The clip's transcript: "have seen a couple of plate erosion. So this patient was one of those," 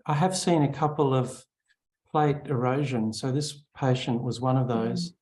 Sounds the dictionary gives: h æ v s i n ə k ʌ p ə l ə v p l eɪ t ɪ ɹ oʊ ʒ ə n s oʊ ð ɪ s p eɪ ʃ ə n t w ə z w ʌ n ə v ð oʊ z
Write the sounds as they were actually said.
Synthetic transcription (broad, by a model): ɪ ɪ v s i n ə k ʌ p l ə v p l eɪ t ɪ ɹ oʊ ʒ ə n s oʊ ð ɪ s p eɪ ʃ ə n t w ə z w ʌ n ə v ð oʊ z